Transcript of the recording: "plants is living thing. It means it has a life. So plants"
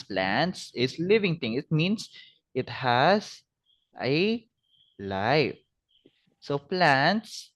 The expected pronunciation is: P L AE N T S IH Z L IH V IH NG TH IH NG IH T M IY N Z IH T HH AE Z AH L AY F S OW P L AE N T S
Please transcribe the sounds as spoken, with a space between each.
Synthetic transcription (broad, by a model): P L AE N T S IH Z L IH V IH NG T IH NG IH T M IY N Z IH T HH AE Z AH L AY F S OW P L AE N T S